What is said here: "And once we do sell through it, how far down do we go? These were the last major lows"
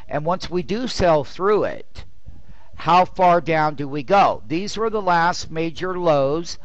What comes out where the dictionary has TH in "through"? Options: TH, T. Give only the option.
TH